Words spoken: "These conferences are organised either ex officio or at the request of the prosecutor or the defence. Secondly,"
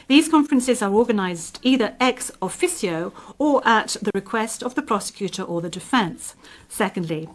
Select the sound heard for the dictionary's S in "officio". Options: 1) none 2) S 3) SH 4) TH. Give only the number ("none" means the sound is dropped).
2